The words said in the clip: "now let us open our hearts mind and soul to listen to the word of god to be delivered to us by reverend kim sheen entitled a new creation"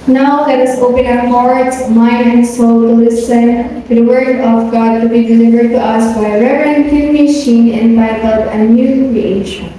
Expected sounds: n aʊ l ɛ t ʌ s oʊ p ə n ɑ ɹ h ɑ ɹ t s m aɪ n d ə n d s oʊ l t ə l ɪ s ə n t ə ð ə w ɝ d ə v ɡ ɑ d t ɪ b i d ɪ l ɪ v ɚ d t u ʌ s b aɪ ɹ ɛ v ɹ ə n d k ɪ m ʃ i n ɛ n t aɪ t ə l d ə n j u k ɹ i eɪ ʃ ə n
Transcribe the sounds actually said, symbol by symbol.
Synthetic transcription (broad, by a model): n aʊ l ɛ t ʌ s oʊ p ə n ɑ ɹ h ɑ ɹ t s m aɪ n ə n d s oʊ l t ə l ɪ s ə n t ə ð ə w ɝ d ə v ɡ ɑ d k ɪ b i d ɪ l ɪ v ɚ d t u ʌ s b aɪ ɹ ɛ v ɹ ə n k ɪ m ʃ i n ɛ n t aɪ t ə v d ə n j u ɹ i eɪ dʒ